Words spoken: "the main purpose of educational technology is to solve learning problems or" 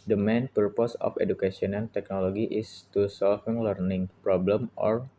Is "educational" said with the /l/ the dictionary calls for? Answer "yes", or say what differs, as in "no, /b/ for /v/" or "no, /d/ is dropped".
no, /n/ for /l/